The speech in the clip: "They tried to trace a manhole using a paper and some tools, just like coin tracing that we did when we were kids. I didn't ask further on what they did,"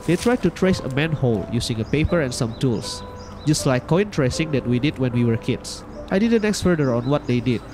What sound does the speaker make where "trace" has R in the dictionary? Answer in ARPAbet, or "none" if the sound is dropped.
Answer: R